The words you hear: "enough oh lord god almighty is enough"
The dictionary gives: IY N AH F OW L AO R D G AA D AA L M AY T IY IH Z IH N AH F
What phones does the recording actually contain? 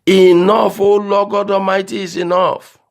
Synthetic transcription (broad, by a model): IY N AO F OW L AO G AA D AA M AY T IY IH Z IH N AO F